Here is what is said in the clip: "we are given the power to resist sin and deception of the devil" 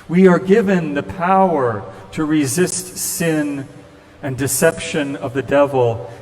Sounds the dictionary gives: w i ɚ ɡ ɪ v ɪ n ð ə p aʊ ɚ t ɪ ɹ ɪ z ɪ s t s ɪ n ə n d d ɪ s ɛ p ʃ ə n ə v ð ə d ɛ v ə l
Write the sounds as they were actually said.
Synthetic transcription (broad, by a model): w i ɚ ɡ ɪ v ɪ n ð ə p aʊ ɚ t ɪ ɹ ɪ z ɪ s t s ɪ n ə n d d ɪ s ɛ p ʃ ə n ə v ð ə d ɛ v l